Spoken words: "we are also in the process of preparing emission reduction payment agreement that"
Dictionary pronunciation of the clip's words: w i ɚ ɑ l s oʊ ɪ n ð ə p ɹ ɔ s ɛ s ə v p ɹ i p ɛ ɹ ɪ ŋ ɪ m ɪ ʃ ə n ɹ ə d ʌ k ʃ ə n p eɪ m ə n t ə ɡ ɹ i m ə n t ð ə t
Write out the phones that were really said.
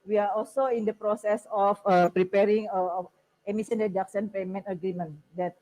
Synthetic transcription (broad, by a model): w i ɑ ɑ l s oʊ ɪ n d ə p ɹ ɔ s ɛ s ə f p ɹ i p ɛ ɹ ɪ ŋ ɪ m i s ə n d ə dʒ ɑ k s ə n p eɪ m ə n t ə ɡ ɹ i m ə n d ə t